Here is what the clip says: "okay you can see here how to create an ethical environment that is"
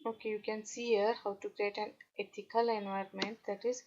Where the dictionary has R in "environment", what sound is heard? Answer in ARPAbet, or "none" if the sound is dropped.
R